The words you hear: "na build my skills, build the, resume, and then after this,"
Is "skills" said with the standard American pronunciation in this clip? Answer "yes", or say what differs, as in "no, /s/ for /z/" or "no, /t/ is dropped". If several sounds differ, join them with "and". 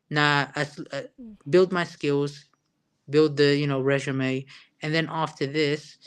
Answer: yes